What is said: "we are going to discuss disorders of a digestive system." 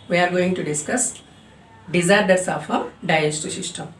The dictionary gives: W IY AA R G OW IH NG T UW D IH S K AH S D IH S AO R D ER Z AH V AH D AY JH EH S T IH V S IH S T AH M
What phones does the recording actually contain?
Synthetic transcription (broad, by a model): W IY AA R G OW IH NG T UW D IH S K AH S D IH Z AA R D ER S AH F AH D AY EH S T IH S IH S T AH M